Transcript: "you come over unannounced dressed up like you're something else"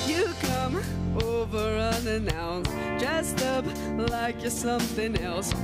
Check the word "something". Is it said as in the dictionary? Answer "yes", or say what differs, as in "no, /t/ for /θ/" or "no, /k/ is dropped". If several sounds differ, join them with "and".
yes